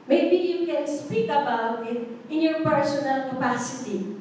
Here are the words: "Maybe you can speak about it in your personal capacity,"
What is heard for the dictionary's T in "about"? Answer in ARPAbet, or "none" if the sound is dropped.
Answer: none